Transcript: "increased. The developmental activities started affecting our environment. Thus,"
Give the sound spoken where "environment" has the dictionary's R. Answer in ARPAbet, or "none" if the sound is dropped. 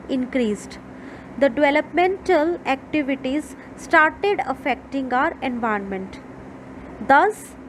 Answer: none